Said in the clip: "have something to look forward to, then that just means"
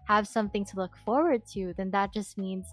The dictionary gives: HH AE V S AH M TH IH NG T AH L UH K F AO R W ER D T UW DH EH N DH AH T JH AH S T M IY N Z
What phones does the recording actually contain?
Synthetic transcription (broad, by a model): HH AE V S AH M TH IH NG T AH L UH K F AO R W ER D T UW DH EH N DH AH T JH AH S T M IY N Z